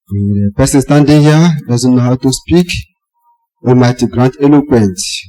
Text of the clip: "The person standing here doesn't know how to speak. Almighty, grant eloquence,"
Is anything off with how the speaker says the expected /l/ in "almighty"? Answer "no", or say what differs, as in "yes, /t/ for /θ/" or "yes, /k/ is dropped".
yes, /l/ is dropped